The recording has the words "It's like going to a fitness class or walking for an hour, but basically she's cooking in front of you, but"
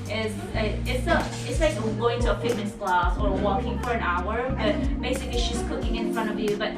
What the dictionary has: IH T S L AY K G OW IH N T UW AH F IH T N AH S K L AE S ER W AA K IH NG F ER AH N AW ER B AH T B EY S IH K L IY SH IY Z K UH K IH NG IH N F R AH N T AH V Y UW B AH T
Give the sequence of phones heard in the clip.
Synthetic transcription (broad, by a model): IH T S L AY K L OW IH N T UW AH P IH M N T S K L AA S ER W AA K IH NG F ER AH N AW ER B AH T B EY S IH K L IY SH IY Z K UH K IH NG IH N F R AH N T AH V Y UW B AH T